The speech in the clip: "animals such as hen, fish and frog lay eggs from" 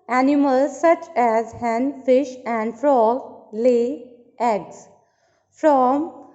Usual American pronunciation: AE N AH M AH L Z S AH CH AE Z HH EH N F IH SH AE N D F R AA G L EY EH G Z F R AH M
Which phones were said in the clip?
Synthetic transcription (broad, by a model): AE N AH M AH L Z S AH CH AE Z HH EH N F IH SH AE N D F R AA G L EY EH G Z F R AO M